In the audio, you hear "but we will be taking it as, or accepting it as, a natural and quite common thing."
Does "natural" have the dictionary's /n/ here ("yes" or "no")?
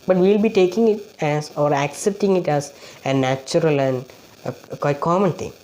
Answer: yes